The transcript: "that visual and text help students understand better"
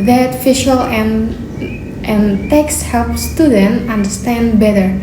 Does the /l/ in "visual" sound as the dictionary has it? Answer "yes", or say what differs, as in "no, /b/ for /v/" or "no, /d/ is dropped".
no, /n/ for /l/